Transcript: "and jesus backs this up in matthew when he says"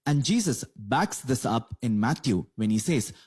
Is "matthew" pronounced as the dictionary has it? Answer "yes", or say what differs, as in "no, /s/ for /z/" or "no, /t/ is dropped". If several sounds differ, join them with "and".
no, /t/ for /θ/